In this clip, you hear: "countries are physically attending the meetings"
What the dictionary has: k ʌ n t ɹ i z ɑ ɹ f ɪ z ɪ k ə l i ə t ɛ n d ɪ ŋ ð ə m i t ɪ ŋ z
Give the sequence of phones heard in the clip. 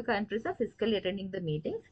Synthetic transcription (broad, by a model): k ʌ n t ɹ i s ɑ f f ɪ s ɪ k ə l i t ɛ n d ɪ ŋ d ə m i t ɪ ŋ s